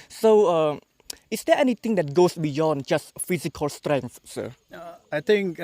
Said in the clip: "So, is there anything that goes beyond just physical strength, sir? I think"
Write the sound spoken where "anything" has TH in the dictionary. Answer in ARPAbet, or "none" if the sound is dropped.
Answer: T